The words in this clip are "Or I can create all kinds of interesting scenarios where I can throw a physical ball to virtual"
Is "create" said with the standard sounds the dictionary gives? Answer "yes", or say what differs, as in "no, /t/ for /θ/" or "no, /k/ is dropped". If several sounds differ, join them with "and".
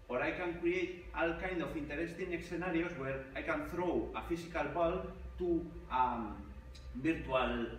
yes